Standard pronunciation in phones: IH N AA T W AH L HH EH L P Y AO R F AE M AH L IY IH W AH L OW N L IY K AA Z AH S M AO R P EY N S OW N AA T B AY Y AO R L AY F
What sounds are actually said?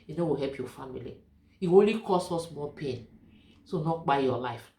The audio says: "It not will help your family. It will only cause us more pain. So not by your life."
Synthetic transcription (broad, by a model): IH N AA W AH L HH EH L P Y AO F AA M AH L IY IH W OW L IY K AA S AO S M AO P EY N S OW N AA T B AY Y AO L AY F